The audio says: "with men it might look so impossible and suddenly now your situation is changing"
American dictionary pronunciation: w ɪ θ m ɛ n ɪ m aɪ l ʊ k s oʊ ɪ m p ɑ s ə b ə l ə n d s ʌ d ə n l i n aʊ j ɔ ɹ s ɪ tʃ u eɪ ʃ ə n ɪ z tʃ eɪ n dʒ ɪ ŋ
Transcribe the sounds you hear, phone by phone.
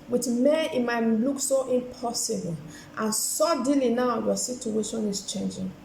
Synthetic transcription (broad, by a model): w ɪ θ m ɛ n ɪ m aɪ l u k s oʊ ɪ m p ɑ s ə b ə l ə n s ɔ d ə l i n aʊ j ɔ s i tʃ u eɪ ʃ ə n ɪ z tʃ eɪ n dʒ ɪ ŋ